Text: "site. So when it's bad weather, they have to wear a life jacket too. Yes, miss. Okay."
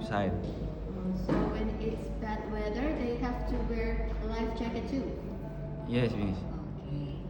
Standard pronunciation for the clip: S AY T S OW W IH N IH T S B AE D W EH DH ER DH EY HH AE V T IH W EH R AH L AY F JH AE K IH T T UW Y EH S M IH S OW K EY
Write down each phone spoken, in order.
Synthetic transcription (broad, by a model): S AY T S OW W IH N IH T S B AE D W EH DH ER DH EY HH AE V T IH W EH R L AY F CH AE K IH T T UW Y EH S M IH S OW K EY